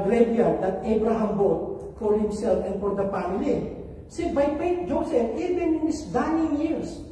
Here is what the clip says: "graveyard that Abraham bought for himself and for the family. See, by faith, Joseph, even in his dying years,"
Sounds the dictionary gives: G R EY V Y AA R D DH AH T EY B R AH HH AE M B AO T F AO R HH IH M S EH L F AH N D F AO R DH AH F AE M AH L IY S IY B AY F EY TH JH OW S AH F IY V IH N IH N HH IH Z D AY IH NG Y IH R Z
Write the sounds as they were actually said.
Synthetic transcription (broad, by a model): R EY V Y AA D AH T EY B R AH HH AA M B AO T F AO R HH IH M S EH L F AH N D F AO R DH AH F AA M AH L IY S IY B AY P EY T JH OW S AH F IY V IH N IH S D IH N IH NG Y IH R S